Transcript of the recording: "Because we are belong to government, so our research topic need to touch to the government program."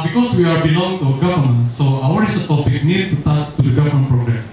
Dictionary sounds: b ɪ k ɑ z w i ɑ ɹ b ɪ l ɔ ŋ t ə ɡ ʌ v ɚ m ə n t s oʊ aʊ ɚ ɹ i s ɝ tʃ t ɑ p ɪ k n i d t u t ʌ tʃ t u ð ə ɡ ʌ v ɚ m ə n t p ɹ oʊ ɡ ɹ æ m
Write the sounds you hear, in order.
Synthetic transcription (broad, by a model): b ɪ k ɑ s w i ɑ ɹ b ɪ l ɔ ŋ t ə ɡ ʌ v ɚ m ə n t s oʊ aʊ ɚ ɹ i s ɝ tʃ t ɑ p ɪ k n i d t u t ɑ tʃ t u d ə ɡ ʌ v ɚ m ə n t p ɹ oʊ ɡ ɹ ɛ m